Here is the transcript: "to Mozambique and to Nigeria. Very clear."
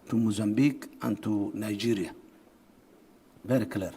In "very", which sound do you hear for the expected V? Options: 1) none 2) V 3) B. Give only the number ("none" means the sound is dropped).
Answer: 3